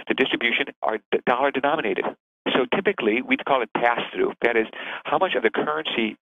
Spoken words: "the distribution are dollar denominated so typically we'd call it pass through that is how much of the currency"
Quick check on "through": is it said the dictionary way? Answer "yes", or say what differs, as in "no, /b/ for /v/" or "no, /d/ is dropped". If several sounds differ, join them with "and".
yes